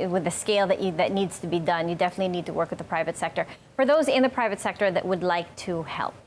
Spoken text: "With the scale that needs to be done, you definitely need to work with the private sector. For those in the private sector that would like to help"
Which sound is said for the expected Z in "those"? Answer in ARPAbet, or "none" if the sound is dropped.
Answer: Z